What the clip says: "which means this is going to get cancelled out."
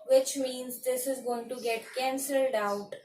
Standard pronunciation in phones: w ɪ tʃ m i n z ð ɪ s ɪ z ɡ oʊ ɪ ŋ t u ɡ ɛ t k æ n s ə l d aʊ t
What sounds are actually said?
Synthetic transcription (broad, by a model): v ɪ tʃ m i n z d ɪ s ɪ z ɡ oʊ ɪ ŋ t u ɡ ɛ t k æ n s ə l d aʊ t